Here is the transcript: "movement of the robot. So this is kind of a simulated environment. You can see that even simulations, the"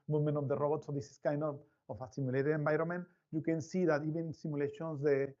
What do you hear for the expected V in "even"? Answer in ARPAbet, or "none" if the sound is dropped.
B